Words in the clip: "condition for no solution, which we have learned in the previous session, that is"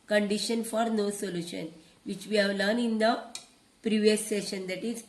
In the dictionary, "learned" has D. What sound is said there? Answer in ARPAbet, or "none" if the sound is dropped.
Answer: none